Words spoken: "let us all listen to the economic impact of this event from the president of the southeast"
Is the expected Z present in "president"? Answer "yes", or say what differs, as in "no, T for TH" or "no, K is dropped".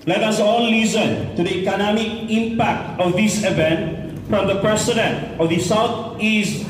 no, S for Z